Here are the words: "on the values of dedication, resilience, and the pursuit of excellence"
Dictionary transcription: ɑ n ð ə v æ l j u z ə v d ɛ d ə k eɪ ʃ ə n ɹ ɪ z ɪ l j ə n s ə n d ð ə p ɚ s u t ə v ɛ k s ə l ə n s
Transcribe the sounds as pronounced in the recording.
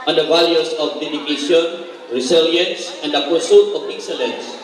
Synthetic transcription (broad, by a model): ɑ n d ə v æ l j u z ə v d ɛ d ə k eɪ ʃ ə n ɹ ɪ s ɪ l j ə n s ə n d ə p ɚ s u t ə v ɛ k s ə l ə n s